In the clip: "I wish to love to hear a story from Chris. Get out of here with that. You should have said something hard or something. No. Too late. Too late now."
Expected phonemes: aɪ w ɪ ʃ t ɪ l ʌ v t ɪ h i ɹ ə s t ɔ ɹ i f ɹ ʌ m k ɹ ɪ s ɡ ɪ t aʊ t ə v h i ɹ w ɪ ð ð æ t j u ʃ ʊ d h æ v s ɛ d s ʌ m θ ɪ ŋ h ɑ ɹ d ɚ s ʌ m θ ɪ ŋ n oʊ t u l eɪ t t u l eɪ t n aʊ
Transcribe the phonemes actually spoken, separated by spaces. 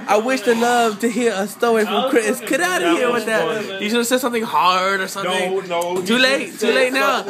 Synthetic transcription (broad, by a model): aɪ w ɪ ʃ t ɪ l ʌ v t ɪ h i ɹ ə s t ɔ i f ɹ ʌ m k ɹ ɪ s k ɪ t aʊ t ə h i ɹ w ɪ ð ð æ t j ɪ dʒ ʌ s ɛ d s ʌ m θ ɪ ŋ h ɑ ɹ d ɚ s ʌ m θ ɪ ŋ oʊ t u l eɪ t t u l eɪ t n aʊ